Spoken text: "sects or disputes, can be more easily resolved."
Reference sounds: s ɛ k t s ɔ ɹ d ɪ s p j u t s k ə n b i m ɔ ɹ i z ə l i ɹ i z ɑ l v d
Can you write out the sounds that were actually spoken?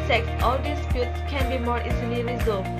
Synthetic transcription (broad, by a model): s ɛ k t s ɔ l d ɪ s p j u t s k ə n b i m ɔ ɹ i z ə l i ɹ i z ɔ